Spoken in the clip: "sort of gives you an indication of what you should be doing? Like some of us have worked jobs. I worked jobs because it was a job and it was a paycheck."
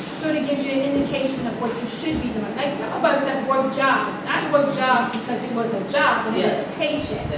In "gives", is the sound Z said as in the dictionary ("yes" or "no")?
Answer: no